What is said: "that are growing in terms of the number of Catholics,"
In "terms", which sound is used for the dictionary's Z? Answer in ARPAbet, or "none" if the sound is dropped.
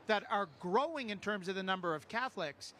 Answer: Z